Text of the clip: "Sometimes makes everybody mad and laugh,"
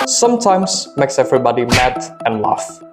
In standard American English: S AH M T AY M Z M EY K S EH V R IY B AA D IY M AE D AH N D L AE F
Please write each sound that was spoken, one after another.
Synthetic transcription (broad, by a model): S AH M T AY M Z M EY K S EH V R IY B AA D IY M AE D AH N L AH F